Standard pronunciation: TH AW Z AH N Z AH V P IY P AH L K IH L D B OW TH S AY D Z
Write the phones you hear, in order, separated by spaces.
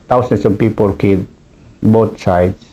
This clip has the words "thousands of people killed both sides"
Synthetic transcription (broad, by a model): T AW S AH N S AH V P IY P AH L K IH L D B OW T S AY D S